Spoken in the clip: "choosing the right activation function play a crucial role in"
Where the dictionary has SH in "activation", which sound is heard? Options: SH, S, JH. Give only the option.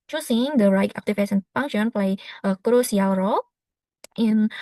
S